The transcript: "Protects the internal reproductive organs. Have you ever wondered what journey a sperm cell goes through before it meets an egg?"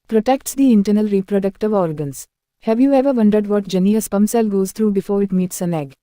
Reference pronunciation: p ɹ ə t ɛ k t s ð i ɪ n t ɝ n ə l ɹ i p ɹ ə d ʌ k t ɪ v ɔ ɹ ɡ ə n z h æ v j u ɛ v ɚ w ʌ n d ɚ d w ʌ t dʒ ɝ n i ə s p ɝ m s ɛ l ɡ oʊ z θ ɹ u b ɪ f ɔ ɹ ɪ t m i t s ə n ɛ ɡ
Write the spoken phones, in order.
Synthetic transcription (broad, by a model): p ɹ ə t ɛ k t s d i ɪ n t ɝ n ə l ɹ i p ɹ ə d ʌ k t ɪ v ɔ ɹ ɡ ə n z h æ v j u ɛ v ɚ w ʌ n d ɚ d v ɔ t dʒ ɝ n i ə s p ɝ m s ɛ l ɡ oʊ z t ɹ u b ɪ f ɔ ɹ ɪ t m i t s ə n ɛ ɡ